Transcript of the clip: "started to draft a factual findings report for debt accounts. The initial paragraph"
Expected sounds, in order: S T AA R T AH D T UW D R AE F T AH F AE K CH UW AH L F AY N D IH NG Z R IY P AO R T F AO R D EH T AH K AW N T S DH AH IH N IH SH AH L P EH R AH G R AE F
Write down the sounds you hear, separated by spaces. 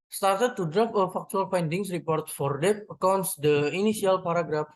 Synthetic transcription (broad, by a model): S T AA R T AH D T UW D R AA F AH F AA K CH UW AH L F AY N D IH NG S R IY P AO R T F AO R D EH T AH K AW N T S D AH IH N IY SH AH L P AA R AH G R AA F